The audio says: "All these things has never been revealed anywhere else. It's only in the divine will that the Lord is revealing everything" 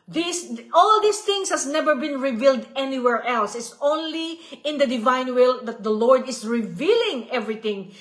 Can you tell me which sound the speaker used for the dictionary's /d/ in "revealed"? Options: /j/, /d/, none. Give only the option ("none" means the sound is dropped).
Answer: /d/